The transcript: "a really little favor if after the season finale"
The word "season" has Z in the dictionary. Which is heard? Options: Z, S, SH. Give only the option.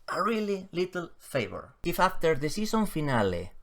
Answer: S